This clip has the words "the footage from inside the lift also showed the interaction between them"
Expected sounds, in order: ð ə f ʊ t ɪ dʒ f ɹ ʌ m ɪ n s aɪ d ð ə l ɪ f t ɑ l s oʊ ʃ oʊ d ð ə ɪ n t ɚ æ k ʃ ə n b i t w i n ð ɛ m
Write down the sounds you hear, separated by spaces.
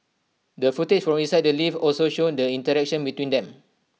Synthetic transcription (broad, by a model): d ə f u t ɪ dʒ f ɹ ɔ m ɪ n s aɪ d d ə l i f ɑ l s oʊ ʃ oʊ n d ə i n t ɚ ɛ k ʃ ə n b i t w i n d ɛ m